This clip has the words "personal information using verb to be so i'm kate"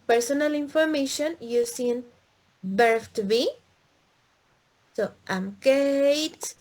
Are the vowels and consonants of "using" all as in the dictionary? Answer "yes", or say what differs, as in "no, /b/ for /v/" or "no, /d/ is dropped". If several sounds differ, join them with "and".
no, /s/ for /z/